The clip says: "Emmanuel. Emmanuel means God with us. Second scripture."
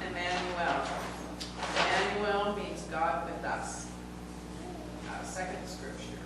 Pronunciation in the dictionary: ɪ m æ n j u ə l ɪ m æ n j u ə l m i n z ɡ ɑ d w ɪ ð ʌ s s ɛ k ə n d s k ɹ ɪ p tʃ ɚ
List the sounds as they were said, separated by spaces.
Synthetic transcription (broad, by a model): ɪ m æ n j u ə l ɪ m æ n j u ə l m i n z ɡ ɑ d w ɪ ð ʌ s s ɛ k ə n d s k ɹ ɪ p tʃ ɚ